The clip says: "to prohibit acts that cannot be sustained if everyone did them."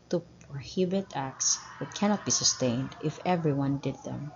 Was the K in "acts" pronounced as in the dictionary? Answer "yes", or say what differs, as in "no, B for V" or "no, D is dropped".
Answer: yes